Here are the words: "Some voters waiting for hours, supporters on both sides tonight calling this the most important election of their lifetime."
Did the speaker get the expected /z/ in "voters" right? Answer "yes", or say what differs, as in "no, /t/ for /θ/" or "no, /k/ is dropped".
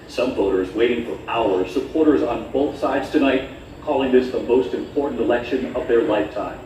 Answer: yes